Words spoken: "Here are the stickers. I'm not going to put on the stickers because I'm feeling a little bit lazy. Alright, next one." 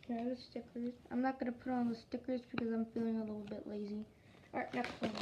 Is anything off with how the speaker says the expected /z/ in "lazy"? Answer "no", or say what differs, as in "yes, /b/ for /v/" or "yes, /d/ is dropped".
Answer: no